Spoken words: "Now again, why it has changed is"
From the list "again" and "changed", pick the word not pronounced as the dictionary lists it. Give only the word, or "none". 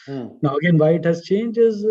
changed